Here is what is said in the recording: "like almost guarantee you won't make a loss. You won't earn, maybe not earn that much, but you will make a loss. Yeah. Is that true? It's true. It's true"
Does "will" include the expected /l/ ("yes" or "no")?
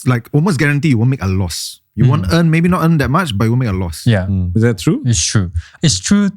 no